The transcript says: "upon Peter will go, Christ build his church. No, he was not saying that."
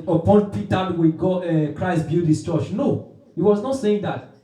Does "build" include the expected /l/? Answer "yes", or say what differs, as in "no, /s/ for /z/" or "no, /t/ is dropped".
no, /l/ is dropped